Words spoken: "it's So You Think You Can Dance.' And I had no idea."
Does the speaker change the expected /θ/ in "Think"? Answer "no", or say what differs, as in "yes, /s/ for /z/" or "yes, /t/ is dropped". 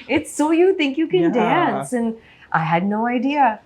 no